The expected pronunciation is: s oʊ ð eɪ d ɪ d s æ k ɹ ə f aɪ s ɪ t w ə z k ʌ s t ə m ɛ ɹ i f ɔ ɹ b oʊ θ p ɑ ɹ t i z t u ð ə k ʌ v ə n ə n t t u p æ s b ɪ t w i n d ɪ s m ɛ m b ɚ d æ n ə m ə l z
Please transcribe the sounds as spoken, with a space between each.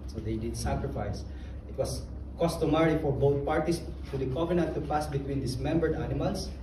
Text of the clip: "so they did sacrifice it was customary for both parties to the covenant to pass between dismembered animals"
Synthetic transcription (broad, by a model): s oʊ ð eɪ d ɪ d s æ k ɹ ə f aɪ s ɪ t w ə s k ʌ s t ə m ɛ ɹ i f ɔ ɹ b oʊ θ p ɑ ɹ t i s t u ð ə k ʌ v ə n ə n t t u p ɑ s b ɪ t w i n d ɪ s m ɛ m b ɚ d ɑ n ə m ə l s